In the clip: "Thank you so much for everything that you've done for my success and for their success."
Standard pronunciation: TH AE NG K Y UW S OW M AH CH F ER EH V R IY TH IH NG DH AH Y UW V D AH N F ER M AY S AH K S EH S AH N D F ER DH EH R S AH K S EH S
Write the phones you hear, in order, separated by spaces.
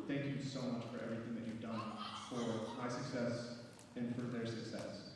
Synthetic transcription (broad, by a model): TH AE NG K Y UW S OW M AH CH F ER EH V R IY TH IH NG DH AH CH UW V D AH N F ER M AY S AH K S EH S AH N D F ER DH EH R S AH K S EH S